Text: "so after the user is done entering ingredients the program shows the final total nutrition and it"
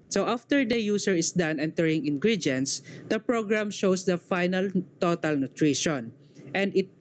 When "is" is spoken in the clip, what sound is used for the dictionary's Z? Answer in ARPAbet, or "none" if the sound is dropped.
S